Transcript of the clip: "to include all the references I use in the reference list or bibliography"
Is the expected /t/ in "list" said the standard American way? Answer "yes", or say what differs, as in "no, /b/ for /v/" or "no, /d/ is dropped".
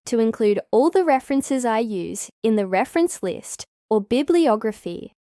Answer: yes